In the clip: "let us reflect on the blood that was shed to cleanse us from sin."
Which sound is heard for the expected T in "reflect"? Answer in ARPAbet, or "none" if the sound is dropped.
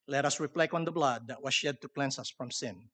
none